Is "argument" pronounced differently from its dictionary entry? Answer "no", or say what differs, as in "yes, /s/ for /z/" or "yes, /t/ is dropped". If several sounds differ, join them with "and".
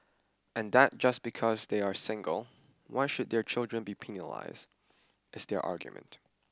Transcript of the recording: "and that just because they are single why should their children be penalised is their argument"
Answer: no